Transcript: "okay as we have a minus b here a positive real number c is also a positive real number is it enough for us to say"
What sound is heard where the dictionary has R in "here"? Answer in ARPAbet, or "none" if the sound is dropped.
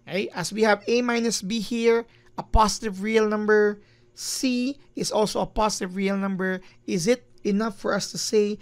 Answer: R